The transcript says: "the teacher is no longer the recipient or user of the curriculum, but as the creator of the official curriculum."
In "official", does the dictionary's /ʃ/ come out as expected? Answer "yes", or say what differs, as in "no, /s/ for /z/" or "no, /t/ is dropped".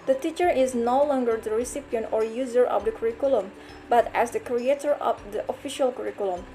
yes